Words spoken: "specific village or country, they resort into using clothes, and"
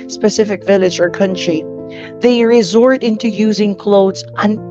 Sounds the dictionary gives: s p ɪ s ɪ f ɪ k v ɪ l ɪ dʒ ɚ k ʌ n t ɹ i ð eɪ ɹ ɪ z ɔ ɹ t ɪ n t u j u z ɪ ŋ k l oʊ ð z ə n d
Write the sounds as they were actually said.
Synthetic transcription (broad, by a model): s p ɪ s ɪ f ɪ k v ɪ l ɪ dʒ ɚ k ʌ n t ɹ i ð eɪ ɹ ɪ z ɔ ɹ t ɪ n t u j u z ɪ ŋ k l oʊ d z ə n